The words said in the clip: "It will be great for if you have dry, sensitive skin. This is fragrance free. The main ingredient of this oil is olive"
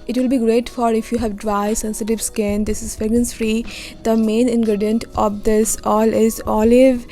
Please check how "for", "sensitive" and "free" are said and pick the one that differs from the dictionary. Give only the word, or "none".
none